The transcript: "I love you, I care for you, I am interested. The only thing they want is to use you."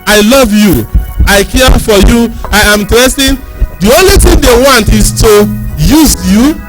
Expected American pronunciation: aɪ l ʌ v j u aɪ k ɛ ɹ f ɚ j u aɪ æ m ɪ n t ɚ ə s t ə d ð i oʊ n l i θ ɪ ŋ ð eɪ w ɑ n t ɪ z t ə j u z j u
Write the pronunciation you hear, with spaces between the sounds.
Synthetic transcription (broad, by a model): aɪ l ʌ v j u aɪ k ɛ f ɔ j u aɪ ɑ m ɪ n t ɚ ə s t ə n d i oʊ n l i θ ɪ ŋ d eɪ w ɑ n t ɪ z t ə j u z j u